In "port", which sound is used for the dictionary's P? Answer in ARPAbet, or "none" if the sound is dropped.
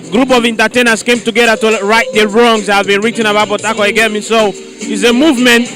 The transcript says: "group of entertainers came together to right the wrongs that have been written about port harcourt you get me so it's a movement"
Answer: B